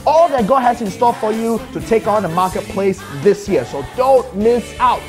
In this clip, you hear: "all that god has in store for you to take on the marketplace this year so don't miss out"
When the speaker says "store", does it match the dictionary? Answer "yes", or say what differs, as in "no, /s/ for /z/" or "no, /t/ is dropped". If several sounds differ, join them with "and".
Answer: no, /l/ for /ɹ/